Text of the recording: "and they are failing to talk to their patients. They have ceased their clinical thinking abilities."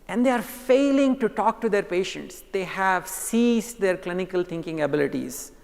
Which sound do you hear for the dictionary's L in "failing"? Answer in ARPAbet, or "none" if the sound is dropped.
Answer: L